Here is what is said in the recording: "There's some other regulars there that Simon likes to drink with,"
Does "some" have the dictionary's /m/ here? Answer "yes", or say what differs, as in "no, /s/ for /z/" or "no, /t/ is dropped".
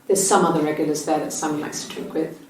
yes